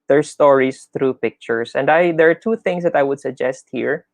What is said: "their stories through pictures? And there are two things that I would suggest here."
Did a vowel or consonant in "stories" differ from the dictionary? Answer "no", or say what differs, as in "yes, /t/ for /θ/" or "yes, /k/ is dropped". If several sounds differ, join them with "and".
yes, /s/ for /z/